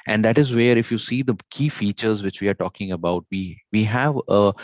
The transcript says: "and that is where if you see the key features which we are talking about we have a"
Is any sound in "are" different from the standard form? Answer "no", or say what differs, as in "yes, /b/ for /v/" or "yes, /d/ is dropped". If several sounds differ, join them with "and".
no